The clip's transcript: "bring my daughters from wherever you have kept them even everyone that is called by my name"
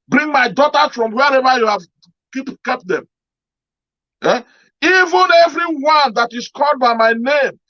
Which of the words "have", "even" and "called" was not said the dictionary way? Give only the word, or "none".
have